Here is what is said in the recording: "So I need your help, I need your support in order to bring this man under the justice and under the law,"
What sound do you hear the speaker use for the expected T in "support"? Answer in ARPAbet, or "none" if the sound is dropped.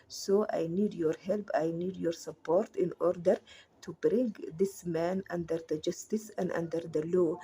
T